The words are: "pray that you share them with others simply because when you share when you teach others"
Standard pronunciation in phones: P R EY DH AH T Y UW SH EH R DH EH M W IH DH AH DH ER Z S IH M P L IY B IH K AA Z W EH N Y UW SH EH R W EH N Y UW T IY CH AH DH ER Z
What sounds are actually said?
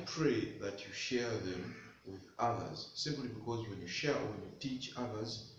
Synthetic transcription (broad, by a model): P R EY DH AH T Y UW SH EH R DH EH M W IH DH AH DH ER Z S IH M P L IY B IH K AA Z W EH N Y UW SH EH R W EH N Y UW T IY CH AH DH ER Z